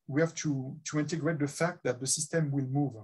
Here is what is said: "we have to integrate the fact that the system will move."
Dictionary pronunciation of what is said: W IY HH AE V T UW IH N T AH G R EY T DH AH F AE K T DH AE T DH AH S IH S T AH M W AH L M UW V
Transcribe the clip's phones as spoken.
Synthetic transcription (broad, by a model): W IY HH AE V T UW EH N T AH G R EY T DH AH F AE K T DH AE T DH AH S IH S T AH M W AH L M UW V